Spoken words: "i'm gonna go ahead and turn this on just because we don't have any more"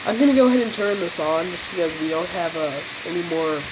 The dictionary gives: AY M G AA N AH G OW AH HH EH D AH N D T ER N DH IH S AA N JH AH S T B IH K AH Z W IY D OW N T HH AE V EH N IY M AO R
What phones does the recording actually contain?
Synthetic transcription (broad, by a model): AY M G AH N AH G OW AH HH EH D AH N T ER N DH IH S N JH AH S B IH K AH Z W IY D OW N T HH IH V EH N IY M AO R